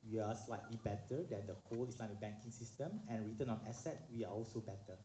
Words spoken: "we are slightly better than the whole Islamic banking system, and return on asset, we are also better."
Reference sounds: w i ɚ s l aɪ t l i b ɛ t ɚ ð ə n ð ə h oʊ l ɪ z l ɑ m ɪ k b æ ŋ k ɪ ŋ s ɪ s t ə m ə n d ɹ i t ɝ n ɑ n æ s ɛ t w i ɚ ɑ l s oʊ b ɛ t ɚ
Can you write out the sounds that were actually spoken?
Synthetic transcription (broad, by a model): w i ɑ s l aɪ t l i b ɛ t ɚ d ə n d ə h oʊ l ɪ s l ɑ ɪ b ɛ ŋ k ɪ ŋ s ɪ s t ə m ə n ɹ i t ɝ n ɑ n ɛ s ɛ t w i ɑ ɑ l s oʊ b ɛ t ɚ